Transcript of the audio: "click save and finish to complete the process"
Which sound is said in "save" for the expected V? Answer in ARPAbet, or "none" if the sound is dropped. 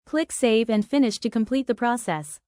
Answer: V